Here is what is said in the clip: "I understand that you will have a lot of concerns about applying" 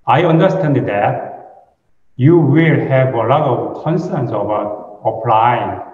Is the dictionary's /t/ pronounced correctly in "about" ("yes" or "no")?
no